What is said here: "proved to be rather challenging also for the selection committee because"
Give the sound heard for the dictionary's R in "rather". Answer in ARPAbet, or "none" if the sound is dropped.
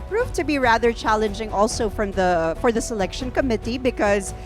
R